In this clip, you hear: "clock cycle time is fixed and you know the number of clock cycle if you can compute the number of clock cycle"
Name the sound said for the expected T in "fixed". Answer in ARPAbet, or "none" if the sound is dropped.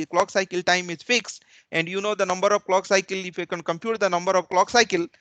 T